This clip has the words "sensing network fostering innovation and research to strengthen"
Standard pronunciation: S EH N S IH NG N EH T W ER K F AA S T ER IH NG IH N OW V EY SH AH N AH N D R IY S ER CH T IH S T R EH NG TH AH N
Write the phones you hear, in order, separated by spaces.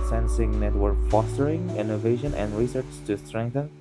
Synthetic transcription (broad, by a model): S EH N S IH NG N EH T W ER K F AA S T ER IH NG IH N OW V EY SH AH N AH N D R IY S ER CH T IH S T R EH NG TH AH N